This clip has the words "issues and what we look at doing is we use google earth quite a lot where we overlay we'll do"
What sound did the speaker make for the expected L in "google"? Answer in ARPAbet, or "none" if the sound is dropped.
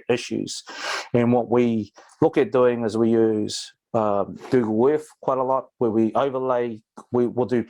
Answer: W